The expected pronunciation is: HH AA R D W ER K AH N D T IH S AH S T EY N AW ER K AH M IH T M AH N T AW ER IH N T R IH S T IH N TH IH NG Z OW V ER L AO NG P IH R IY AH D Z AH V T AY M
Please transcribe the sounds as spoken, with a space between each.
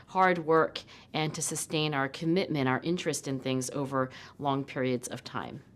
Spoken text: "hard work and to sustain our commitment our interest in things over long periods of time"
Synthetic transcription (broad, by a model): HH AA R D W ER K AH N T IH S AH S T EY N AW ER K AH M IH T M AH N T AW ER IH N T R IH S T IH N TH IH NG Z OW V ER L AO NG P IH R IY AH D Z AH V T AY M